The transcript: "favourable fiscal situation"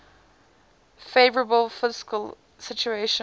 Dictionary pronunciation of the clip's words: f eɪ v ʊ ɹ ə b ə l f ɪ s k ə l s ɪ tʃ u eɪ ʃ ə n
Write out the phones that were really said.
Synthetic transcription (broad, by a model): f eɪ v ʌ ɹ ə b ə l f ɪ s k ə l s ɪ tʃ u eɪ ʃ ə